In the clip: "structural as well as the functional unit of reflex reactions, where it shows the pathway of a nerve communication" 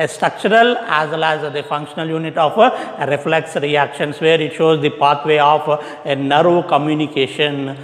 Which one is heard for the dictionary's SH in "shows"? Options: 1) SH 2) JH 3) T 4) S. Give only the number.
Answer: 1